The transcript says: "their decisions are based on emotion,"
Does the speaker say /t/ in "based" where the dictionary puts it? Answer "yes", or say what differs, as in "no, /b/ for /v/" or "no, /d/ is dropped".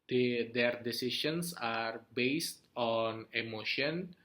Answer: yes